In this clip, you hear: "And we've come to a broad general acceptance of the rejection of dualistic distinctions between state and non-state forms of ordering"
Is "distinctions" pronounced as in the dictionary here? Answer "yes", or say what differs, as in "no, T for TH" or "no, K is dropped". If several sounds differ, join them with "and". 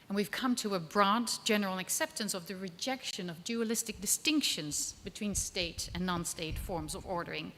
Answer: yes